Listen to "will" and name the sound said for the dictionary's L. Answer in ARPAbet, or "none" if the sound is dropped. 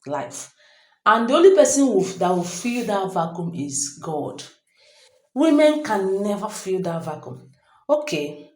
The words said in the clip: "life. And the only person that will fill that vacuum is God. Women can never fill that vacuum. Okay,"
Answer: W